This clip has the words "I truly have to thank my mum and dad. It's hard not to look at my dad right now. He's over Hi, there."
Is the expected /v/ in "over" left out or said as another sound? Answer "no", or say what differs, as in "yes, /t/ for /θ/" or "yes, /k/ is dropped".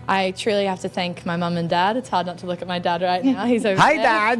yes, /v/ is dropped